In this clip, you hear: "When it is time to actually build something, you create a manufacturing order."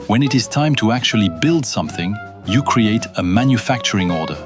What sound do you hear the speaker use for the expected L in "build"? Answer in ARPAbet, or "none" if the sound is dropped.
L